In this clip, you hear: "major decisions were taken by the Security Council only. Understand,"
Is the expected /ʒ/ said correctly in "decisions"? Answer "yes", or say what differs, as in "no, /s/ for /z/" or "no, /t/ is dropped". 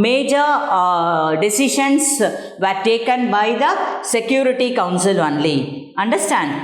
no, /ʃ/ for /ʒ/